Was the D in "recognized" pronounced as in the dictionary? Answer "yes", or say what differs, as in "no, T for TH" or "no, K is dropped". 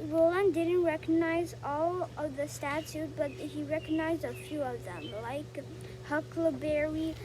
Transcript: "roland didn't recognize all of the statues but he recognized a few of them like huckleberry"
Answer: yes